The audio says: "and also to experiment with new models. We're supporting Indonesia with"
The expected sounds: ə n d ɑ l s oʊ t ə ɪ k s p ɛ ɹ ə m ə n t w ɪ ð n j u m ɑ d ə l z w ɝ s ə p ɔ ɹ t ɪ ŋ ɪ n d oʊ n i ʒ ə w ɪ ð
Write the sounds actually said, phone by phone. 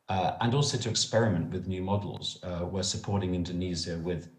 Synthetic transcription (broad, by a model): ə n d ɑ l s oʊ t ə ɪ k s p ɛ ɹ ə m ə n t w ɪ ð n j u m ɑ d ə l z w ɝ s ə p ɔ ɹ t ɪ ŋ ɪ n d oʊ n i z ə w ɪ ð